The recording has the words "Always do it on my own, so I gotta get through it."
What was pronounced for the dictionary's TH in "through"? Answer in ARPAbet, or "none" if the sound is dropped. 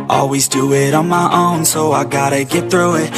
TH